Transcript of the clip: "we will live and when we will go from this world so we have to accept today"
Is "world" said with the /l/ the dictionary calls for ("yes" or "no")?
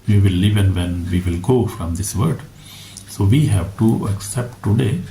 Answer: no